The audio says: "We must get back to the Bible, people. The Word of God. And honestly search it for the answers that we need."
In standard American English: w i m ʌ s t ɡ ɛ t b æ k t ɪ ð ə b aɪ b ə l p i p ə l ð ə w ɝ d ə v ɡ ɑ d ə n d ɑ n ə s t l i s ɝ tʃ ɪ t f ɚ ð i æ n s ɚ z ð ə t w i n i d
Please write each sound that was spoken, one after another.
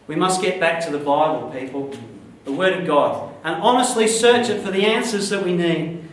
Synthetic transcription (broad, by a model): w i m ʌ s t ɡ ɛ t b æ k t ɪ ð ə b aɪ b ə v p i p l ð ə w ɝ d ə v ɡ ɑ d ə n ɑ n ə s t l i s ɝ tʃ ɪ t f ɚ ð i æ n s ɚ z ð ə t w i n i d